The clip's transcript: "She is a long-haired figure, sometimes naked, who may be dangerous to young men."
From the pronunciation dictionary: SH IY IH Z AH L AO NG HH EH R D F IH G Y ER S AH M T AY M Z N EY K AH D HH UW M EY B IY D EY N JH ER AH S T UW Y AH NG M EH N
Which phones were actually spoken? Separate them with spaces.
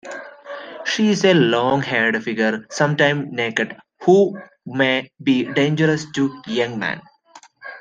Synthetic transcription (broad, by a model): SH IY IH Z AH L AO NG HH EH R D F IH G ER S AH M T AY M N EY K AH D HH UW M EY B IY D EY N JH ER AH S T UW Y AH NG M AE N